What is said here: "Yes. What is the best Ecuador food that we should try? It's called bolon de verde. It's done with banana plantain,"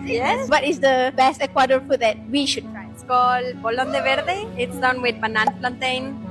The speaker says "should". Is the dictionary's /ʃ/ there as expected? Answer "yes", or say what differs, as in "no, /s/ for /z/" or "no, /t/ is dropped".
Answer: yes